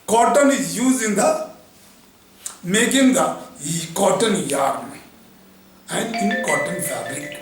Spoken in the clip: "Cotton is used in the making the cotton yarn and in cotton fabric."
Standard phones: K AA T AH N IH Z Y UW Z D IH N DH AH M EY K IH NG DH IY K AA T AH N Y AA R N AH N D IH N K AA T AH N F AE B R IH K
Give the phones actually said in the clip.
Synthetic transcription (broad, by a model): K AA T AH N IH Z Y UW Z IH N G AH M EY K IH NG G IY K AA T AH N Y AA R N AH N IH N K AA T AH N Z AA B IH